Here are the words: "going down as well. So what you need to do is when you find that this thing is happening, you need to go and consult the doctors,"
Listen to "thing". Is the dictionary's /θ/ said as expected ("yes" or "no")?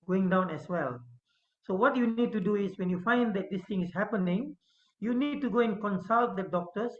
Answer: no